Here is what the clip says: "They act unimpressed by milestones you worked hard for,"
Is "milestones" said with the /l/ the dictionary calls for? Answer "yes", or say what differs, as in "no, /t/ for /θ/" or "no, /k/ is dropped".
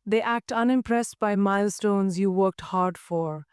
yes